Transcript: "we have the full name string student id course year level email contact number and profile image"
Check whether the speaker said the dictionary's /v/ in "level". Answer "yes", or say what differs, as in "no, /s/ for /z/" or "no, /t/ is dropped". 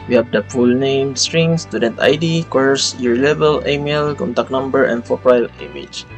no, /b/ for /v/